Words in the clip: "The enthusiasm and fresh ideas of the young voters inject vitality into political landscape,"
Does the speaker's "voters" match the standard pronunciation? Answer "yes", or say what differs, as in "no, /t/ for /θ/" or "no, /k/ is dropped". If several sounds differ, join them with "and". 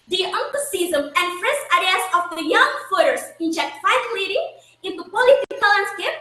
no, /f/ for /v/